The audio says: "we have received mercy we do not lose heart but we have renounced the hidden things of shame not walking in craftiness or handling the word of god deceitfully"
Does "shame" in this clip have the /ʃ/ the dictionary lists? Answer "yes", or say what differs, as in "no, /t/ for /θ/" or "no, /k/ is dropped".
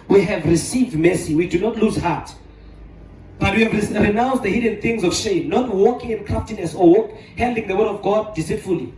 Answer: yes